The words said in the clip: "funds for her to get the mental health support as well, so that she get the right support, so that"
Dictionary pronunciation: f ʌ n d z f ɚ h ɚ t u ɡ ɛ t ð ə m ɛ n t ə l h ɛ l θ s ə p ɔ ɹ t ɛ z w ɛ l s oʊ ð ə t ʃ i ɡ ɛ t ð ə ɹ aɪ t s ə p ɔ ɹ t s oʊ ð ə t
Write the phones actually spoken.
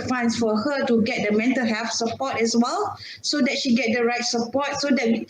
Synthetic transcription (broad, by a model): f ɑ n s f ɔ h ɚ t u ɡ ɛ t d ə m ɛ n t ə l h ɛ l f s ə p ɔ t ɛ s w ɛ l s oʊ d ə t ʃ i ɡ ɛ t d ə ɹ aɪ t s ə p ɔ t s oʊ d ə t